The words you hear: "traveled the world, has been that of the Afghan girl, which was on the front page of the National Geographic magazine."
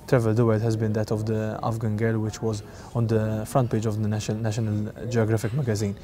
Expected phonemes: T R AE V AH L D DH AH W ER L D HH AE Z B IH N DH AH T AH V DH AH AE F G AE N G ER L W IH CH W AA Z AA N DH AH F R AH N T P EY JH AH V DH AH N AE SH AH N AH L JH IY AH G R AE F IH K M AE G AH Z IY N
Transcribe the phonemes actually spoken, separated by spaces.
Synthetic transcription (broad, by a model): T R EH V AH L D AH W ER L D HH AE Z B IH N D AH T AH V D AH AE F G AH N G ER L W IH CH W AA Z AA N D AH F R AH N T P EY JH AH V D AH N AE SH AH N AH L JH IY AH G R AE F IH K M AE G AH Z IY N